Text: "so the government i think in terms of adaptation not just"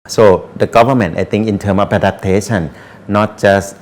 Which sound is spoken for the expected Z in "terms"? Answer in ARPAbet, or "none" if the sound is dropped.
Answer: none